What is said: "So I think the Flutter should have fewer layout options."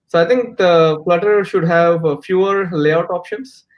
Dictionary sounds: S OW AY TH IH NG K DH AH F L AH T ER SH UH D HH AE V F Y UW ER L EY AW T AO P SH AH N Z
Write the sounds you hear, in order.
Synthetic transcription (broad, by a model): S OW AY T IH NG K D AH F L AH T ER SH UH D HH AE V F Y UW ER L EY AW T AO P SH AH N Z